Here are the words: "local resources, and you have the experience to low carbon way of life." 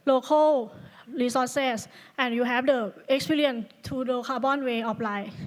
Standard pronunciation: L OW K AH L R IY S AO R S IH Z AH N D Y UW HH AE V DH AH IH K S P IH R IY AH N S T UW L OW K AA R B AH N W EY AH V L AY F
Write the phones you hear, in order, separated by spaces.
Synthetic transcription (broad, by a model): L OW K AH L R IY S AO S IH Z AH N Y UW HH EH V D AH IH K S P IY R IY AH N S T UW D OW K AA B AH N W EY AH P L AY